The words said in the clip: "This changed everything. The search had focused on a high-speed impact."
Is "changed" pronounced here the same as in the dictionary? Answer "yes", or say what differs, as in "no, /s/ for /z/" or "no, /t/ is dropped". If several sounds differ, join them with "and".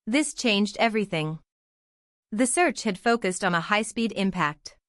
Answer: yes